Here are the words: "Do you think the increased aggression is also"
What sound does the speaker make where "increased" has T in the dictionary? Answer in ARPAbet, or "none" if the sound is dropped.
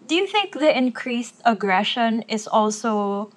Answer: T